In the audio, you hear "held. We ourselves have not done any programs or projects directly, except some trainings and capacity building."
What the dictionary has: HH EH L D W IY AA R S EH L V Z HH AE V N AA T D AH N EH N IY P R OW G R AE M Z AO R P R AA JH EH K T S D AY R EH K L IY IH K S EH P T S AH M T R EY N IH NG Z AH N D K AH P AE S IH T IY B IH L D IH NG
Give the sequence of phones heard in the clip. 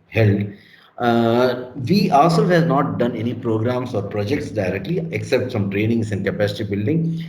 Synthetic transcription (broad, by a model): HH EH L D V IY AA L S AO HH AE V N AA T D AH N EH N IY P R OW G R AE M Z AO R P R AA JH EH K T S D AY R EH K L IY IH K S EH P T S AH M T R EY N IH NG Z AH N K AH P AE S IH T IY B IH L D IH NG